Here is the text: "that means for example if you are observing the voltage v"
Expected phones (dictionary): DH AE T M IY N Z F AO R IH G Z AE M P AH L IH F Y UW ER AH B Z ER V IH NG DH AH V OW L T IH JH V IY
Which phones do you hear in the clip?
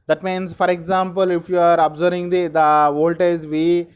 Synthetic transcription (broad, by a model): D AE T M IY N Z F AO R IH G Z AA M P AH L IH F Y UW ER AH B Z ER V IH NG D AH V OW L T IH Z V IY